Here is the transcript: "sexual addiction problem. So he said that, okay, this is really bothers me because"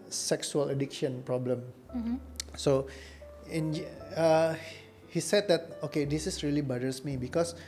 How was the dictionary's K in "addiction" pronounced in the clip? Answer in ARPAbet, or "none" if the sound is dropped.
K